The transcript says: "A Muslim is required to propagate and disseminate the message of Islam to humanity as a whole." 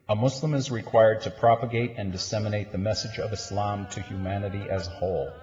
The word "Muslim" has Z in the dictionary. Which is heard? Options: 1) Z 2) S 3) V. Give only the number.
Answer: 2